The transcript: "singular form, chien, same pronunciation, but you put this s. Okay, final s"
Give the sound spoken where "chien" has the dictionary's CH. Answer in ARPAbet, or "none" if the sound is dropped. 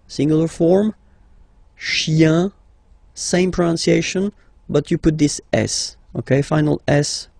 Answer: SH